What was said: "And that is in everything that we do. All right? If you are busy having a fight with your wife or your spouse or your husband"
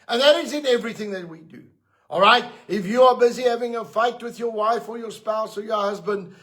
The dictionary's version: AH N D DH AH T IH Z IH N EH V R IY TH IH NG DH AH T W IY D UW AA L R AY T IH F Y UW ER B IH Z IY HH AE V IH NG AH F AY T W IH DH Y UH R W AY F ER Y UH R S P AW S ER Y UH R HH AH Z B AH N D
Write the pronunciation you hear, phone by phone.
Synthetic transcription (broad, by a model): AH N DH AH T IH Z IH N EH V R IY TH IH NG DH AH T W IY D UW AA L R AY T IH F Y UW ER B IH Z IY HH AE V IH NG AH F AY T W IH DH Y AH R W AY F ER Y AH R S P AW S ER Y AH R HH AH Z B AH N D